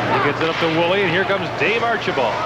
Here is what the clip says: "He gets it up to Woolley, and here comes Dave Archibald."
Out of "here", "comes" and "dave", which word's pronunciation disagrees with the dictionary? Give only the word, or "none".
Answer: none